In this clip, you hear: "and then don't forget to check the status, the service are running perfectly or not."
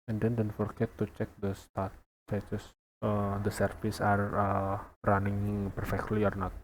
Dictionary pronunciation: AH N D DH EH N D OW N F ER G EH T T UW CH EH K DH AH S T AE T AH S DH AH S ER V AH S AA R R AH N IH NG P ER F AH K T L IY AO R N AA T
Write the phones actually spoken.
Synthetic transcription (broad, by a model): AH N D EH N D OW N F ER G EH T T UW CH EH K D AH S T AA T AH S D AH S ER F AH S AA R R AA N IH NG P ER F AH K T L IY AO R N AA T